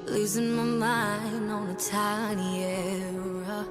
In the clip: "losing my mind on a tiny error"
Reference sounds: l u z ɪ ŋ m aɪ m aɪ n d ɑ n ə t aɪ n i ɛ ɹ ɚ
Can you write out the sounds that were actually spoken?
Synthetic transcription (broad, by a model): l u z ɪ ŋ m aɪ m aɪ n ɑ n ə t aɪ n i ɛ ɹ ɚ